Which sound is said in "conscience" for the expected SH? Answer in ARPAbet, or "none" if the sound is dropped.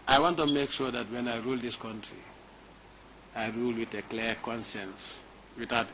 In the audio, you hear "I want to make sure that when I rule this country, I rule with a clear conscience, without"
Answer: S